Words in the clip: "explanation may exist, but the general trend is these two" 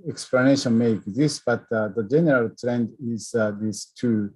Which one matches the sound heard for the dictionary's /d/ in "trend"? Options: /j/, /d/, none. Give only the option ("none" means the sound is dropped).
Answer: /d/